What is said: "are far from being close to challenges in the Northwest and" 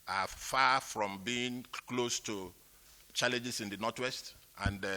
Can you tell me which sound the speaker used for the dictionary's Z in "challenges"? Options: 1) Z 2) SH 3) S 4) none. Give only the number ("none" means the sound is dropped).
3